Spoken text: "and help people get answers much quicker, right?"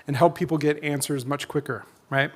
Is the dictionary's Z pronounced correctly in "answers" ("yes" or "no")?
yes